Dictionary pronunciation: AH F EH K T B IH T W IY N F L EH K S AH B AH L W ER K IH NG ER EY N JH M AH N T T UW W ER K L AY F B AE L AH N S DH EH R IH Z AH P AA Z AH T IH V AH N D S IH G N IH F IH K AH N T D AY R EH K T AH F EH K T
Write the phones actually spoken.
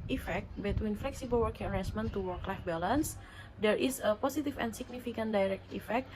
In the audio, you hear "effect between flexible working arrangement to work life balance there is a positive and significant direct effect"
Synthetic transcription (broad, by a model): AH F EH K T B IH T W IY N F L EH K S AH B AH L W ER K IH NG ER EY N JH M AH N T T UW W ER K L AY F B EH L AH N S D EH R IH S AH P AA S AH T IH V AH N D S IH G N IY F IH K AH N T D AY R EH K T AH F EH K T